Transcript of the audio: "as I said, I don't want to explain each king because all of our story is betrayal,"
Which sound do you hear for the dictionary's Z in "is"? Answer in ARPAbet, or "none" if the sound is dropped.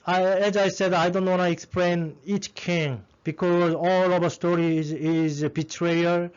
Z